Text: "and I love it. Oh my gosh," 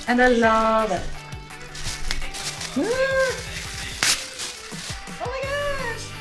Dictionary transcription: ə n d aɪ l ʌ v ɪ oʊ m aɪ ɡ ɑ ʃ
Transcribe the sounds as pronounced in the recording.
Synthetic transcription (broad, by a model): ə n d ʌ l ʌ v ɪ oʊ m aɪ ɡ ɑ